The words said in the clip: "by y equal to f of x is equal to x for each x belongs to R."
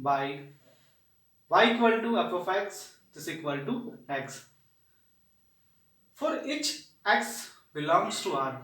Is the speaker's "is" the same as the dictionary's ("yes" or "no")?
no